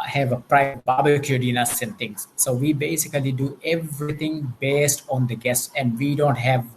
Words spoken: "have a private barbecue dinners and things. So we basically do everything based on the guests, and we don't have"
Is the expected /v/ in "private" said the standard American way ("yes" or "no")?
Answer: no